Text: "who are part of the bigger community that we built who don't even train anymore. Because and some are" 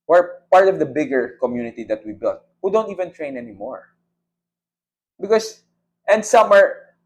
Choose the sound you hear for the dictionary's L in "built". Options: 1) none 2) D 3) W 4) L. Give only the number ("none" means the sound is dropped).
1